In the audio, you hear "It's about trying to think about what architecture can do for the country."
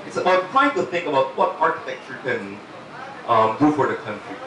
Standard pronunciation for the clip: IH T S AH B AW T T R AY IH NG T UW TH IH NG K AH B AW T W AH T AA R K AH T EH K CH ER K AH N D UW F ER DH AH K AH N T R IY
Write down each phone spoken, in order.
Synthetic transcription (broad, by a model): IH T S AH IH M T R AY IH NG T UW TH IH NG K AH B AW T W AH T AA R K AH T EH K CH ER K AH N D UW F ER DH AH K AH N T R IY